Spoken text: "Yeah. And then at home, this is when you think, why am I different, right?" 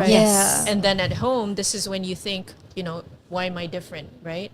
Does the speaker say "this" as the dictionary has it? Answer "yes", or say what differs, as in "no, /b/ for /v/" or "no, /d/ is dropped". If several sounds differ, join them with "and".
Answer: yes